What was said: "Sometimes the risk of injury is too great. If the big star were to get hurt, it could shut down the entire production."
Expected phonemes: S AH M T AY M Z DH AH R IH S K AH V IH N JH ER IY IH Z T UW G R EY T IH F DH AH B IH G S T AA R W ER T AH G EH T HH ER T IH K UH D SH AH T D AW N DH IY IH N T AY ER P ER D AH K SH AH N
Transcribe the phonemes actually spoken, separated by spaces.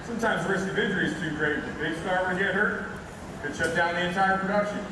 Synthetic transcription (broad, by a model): S AH M T AY M Z R IH S K AH V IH JH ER IY IH Z T UW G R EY IH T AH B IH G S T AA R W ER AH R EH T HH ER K IH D SH AH T D AW N DH IY IH N T AY ER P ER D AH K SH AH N